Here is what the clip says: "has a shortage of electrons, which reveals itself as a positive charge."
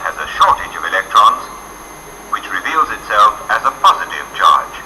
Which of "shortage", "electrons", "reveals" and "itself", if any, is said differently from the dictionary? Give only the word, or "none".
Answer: none